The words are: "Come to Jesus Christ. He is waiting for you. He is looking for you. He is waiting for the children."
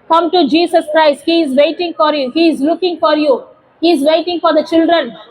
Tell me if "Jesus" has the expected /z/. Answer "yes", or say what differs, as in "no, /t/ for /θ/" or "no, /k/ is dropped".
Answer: no, /s/ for /z/